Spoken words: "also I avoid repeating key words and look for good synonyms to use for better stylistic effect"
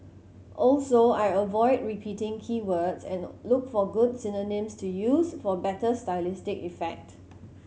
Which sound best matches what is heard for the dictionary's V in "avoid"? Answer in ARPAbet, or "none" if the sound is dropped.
V